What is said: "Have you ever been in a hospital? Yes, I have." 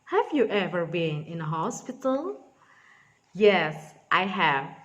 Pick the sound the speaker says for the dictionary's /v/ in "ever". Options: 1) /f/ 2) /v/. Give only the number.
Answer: 2